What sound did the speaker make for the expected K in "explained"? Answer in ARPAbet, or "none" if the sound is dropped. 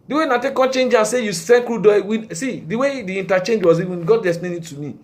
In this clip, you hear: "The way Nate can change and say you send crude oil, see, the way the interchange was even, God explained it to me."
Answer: none